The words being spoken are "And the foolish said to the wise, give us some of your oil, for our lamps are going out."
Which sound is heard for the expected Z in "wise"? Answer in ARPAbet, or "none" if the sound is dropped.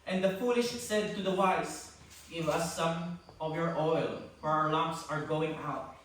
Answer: S